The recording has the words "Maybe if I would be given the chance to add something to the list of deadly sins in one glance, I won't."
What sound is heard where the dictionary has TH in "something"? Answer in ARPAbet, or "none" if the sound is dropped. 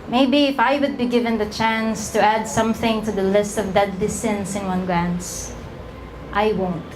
TH